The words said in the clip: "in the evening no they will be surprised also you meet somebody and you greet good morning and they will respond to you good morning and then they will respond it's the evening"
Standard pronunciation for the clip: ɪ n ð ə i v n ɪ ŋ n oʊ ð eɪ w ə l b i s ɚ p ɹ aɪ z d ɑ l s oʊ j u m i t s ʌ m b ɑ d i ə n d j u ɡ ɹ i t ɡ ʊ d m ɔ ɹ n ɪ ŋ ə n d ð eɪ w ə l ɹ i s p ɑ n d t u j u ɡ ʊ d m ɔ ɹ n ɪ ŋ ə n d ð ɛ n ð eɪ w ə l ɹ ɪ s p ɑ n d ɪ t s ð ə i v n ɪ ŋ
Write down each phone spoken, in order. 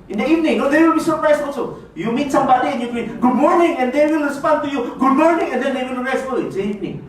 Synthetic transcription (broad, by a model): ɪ n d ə i v n ɪ ŋ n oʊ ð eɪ w ə l b i s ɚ p ɹ aɪ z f ɑ l s oʊ j u m i t s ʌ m b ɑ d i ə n j u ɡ i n ɡ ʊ d m ɔ ɹ n ɪ ŋ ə n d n w ə l ɹ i s p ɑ n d t u j u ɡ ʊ d m ɔ ɹ n ɪ ŋ ə n d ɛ n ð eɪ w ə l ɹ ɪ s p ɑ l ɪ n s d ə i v n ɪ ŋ